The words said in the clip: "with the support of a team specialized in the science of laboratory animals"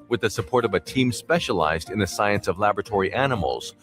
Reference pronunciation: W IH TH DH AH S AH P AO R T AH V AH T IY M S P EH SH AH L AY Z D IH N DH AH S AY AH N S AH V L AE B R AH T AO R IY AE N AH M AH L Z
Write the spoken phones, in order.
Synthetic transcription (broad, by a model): W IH DH AH S AH P AO R T AH V AH T IY M S P EH SH AH L AY Z D IH N DH AH S AY AH N S AH V L AE B R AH T AO R IY AE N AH M L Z